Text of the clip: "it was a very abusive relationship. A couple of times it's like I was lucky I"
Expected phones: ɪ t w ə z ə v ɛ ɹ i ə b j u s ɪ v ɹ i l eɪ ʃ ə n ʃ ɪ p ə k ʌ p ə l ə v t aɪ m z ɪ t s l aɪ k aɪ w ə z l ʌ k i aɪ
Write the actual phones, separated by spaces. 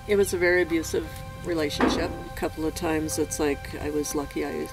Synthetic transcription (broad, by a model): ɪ t w ə z ə v ɛ ɹ i ə b j u s ɪ v ɹ i l eɪ ʃ ə n ʃ ɪ p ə k ʌ p l ə v t aɪ m z ɪ t s l aɪ k aɪ w ə z l ʌ k i aɪ